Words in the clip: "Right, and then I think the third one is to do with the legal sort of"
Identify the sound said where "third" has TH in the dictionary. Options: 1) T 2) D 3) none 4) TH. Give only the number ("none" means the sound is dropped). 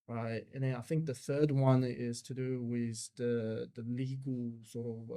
4